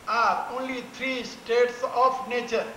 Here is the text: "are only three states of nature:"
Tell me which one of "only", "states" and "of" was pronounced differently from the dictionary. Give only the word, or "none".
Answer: of